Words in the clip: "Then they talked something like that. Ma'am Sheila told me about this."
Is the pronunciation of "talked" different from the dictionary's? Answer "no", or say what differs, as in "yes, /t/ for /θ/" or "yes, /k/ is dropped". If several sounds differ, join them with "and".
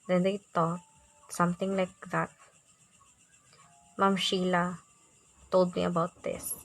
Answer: yes, /k/ is dropped